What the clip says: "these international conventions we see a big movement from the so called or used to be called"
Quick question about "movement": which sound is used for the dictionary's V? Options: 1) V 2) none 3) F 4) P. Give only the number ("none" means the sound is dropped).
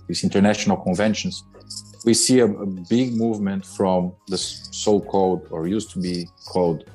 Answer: 1